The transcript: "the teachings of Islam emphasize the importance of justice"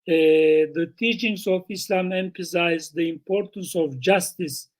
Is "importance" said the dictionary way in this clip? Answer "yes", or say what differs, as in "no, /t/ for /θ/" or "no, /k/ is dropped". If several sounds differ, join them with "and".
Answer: yes